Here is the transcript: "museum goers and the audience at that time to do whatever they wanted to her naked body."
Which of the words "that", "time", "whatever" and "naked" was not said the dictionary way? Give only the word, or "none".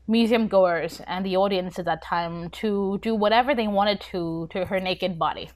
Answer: none